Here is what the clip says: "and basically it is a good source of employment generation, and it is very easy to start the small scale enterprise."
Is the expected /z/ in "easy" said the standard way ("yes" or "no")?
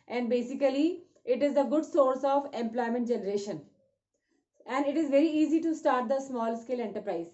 yes